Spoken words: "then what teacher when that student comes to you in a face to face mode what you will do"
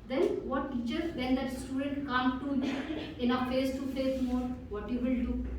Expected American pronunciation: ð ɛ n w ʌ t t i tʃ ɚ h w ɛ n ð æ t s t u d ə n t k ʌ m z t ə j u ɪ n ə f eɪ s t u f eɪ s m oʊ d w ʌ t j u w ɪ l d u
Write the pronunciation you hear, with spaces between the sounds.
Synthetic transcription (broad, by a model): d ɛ n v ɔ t t i tʃ ɚ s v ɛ n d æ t s t u d ə n t k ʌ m t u ɪ n ə f eɪ s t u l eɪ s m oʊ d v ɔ t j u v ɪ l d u